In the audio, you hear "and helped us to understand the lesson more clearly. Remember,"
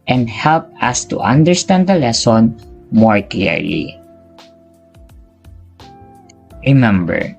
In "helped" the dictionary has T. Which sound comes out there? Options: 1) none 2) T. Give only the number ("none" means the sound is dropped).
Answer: 1